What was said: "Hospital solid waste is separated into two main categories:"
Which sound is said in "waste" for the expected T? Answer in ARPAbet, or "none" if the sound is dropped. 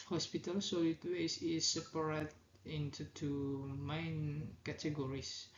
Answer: none